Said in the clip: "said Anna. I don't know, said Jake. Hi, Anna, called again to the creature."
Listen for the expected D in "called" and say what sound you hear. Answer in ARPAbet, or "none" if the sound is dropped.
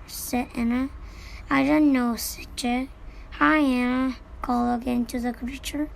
none